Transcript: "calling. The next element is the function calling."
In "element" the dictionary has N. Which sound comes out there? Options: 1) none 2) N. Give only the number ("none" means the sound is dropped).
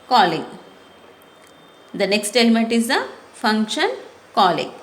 2